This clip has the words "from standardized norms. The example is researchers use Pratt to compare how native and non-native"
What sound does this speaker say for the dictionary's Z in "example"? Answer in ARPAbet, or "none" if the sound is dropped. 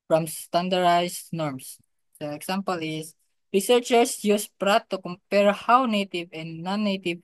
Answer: S